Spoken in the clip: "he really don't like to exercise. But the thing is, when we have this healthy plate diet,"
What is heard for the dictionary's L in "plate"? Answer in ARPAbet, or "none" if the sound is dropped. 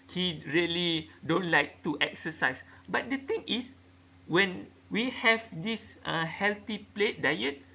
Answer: L